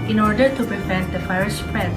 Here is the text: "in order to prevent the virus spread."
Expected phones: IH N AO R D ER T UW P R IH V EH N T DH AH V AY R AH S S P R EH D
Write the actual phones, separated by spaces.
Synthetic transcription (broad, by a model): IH N AO R D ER T UW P R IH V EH N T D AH F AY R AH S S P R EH